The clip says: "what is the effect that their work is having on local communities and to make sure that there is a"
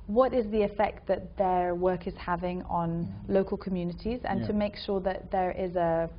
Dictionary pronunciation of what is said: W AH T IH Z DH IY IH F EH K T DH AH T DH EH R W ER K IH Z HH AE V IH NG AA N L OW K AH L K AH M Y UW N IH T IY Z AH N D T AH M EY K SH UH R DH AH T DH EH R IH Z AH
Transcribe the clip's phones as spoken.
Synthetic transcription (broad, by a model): W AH T IH Z DH IY IH F EH K T DH AH T DH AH W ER K IH Z HH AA V IH NG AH N L OW K AH L K AH M Y UW N IH T IY Z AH N T AH M EY K SH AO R DH AH T DH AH R IH Z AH